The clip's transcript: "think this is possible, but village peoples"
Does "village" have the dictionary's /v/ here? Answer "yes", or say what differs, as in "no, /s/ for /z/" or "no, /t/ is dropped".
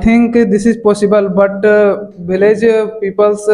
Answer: no, /b/ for /v/